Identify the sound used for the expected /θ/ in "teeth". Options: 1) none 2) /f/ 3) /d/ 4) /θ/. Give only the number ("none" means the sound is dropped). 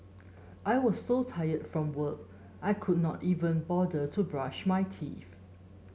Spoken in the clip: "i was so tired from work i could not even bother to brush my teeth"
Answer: 2